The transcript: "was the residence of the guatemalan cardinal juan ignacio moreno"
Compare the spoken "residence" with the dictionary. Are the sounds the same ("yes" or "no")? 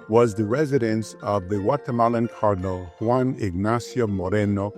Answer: yes